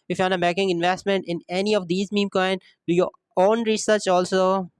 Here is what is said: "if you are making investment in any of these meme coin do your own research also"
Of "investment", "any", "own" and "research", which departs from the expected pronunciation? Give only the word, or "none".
none